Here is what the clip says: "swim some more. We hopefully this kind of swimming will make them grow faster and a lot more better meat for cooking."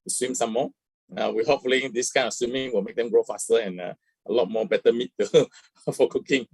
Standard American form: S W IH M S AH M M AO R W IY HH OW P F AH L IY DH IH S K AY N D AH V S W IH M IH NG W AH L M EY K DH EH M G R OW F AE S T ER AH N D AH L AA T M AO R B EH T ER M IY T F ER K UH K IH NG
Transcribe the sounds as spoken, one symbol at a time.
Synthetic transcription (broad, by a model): S W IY M S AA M M AO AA W IY HH OW P F AH L IY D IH S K AY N AH S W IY M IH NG W AH L M EY K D EH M G R OW F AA S T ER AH N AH AH L AA T M AO B EH T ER M IY T F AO K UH K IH NG